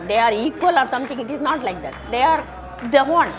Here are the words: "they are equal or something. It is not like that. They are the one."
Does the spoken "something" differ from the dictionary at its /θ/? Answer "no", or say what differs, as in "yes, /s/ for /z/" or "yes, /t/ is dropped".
yes, /t/ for /θ/